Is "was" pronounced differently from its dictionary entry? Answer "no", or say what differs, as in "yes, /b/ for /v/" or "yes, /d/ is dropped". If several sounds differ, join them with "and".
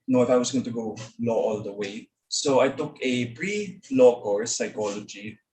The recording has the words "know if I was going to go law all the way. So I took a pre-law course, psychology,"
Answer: yes, /s/ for /z/